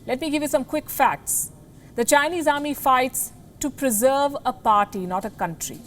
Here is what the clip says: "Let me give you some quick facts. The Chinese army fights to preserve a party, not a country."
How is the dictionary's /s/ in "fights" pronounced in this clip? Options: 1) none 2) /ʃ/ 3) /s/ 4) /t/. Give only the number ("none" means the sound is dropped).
3